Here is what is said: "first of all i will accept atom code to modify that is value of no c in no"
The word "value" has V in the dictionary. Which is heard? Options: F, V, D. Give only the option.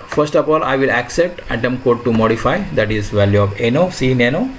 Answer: V